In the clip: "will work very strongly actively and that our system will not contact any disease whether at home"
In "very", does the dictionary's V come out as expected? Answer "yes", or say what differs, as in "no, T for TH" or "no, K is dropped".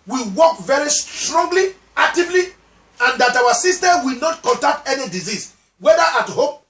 yes